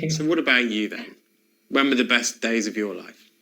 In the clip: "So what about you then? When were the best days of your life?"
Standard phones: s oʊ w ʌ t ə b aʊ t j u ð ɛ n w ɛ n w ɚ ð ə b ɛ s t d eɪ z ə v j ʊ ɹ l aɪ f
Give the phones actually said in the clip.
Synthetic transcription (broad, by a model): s oʊ w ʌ t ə b aʊ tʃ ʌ ð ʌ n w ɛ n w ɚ ð ə b ɛ s d eɪ z ə v j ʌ l aɪ f